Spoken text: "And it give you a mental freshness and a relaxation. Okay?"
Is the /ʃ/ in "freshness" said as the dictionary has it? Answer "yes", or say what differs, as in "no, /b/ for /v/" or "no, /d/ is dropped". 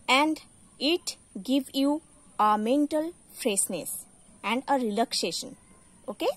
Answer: no, /s/ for /ʃ/